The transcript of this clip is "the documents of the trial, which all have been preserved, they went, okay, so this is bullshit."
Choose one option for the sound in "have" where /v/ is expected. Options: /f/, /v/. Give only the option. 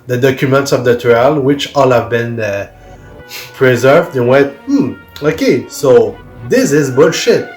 /v/